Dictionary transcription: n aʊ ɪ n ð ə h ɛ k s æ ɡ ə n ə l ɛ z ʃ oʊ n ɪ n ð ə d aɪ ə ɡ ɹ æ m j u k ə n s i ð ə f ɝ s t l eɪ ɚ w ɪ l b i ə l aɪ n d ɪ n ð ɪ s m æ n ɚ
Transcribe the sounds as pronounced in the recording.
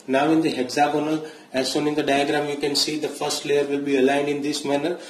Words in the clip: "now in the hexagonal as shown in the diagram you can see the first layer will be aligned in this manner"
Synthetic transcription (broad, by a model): n aʊ ɪ n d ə h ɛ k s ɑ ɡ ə n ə l ɛ z s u n ɪ n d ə d aɪ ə ɡ ɹ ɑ m j u k ə n s i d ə f ɝ s t l eɪ ɚ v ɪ l b i ə l aɪ n d ɪ n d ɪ s m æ n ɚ